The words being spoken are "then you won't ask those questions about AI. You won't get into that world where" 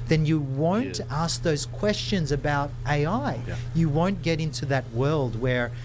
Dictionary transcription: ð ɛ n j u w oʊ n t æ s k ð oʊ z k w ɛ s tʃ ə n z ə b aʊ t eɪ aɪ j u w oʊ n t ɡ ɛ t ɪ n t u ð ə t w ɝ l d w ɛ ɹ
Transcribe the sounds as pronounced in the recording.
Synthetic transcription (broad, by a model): ð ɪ n j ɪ w oʊ n t æ s k ð oʊ z k w ɛ s tʃ ə n z ə b aʊ t eɪ aɪ j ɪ w oʊ n ɡ ɛ t ɪ n t u ð ə t w ɝ l d w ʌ ɹ